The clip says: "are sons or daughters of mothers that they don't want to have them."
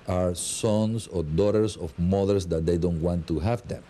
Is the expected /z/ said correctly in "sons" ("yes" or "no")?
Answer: no